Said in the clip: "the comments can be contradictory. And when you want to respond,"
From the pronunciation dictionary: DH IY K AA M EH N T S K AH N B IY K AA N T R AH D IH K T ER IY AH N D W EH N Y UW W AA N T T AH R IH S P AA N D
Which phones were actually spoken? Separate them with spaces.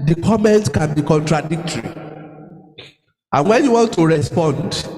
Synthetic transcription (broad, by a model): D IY K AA M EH N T K AH N B IY K AA N T R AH D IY K T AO IY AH N W EH N Y UW W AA N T T AH R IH S P AA N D